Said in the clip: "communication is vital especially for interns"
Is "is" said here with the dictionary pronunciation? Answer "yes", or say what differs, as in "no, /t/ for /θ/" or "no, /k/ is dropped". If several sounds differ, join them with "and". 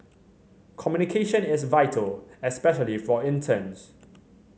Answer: no, /s/ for /z/